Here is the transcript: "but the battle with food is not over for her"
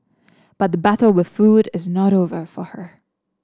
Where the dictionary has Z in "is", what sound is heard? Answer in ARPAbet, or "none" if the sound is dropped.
Z